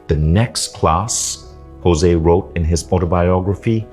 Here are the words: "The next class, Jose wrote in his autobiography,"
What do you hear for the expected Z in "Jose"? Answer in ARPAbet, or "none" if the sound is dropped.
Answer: Z